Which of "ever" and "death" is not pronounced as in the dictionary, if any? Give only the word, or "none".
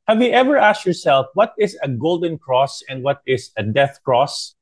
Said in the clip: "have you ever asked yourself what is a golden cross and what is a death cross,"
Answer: none